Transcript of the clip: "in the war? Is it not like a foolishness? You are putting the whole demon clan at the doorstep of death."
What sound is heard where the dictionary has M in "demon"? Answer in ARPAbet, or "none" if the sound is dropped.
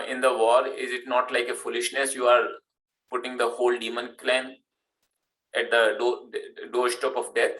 M